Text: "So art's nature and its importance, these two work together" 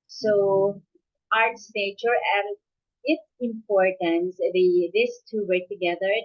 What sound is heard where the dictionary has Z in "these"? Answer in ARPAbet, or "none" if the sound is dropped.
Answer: S